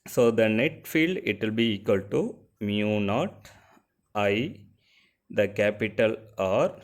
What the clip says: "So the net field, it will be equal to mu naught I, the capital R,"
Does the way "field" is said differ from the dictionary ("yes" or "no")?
no